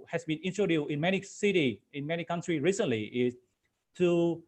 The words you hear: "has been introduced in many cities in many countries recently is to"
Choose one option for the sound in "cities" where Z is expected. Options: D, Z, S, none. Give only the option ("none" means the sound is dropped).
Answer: none